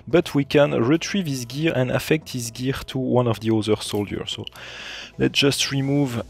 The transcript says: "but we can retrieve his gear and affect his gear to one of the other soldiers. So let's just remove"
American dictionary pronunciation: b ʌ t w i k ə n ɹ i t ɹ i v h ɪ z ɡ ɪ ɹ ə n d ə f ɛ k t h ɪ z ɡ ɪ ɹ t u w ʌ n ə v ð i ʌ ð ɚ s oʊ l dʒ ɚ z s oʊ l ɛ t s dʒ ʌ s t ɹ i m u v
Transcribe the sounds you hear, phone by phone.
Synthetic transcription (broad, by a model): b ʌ t w i k ə n ɹ i t ɹ i v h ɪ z ɡ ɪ ɹ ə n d ə f ɛ k t h ɪ z ɡ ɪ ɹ t u w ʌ n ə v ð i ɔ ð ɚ s oʊ l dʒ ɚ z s oʊ l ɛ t dʒ ʌ s t ɹ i m u v